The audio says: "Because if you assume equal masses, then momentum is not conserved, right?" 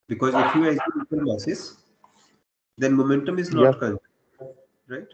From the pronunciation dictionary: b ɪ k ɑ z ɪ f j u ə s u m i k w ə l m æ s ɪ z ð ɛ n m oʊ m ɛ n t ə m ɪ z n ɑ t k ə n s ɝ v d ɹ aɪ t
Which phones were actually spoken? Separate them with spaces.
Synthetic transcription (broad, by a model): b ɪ k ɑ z ɪ f j u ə ɪ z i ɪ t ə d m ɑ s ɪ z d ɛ n m oʊ m ɛ n t ə m ɪ z n ɑ t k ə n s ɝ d ɹ aɪ t